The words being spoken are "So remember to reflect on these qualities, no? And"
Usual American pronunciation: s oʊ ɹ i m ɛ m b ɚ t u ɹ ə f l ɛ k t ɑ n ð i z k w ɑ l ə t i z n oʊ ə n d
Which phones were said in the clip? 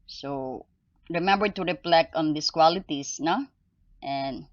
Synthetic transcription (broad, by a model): s oʊ ɹ i m ɛ m b ɚ t u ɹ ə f l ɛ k ɑ n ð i s k w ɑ l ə t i s n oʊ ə n